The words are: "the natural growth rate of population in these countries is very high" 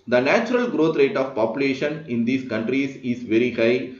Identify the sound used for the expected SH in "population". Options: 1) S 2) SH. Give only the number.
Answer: 2